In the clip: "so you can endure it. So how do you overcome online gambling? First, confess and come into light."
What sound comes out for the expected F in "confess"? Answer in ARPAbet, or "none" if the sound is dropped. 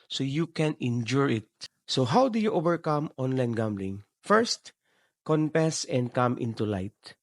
P